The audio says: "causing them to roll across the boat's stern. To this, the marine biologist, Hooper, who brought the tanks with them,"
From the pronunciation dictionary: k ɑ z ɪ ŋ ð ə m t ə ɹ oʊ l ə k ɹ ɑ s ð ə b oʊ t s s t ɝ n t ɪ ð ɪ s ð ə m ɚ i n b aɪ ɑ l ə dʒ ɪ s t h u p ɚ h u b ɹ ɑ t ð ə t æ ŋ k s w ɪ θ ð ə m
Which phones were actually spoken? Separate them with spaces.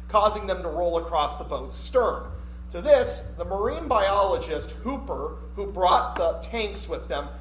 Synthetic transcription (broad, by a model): k ɑ z ɪ ŋ ð ə m t ə ɹ oʊ l ə k ɹ ɑ s ð ə b oʊ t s s t ɝ n t ɪ ð ɪ s ð ə m ɚ i n b aɪ ɑ l ə dʒ ɪ s t h u p ɚ h u b ɹ ɑ t ð ə t æ ŋ k s w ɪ ð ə m